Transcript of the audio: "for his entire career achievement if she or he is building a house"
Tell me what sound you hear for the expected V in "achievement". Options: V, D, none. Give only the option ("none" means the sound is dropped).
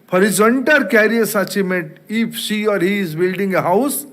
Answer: none